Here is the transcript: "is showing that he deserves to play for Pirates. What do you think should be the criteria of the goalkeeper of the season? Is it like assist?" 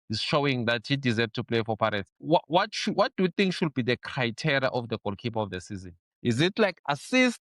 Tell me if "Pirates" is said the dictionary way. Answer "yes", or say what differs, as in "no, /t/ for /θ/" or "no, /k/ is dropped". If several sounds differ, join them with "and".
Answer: no, /w/ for /ɹ/ and /ʃ/ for /s/